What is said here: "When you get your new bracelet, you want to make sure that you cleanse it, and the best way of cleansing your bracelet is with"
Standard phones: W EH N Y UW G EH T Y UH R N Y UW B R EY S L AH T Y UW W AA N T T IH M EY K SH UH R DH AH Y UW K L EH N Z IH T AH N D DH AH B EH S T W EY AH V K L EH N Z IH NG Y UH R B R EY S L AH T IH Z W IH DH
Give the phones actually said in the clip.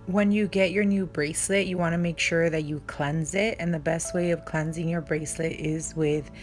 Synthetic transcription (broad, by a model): W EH N Y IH G EH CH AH R N Y UW B R EY S L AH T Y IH W AA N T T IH M EY K SH UH R DH AH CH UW K L EH N Z IH T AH N DH AH B EH S T W EY AH V K L EH N Z IH NG Y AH R B R EY S L AH T IH Z W IH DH